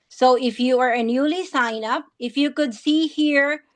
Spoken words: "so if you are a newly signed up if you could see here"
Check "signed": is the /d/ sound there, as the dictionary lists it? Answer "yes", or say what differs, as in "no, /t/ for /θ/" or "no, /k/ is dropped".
no, /d/ is dropped